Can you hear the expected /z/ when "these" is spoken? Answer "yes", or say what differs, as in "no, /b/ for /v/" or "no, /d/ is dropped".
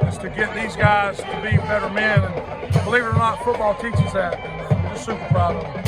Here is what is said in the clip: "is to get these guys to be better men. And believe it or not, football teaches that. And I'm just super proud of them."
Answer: yes